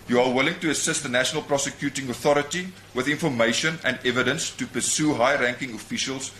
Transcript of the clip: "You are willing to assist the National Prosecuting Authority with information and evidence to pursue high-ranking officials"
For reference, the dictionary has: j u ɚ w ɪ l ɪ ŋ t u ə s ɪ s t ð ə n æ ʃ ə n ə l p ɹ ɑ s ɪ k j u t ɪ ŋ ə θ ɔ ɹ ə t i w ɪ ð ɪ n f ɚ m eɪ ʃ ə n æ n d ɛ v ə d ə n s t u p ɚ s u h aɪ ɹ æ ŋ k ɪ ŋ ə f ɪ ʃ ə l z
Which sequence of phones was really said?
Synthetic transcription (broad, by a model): j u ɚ w ɪ l ɪ ŋ t u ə s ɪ s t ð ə n æ ʃ ə n ə l p ɹ ɑ s ɪ k j u t ɪ ŋ ə θ ɔ ɹ ə t i w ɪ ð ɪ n f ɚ m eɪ ʃ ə n æ n d ɛ v ə d ə n s t u p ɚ s u h aɪ ɹ æ ŋ k ɪ ŋ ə f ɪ ʃ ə l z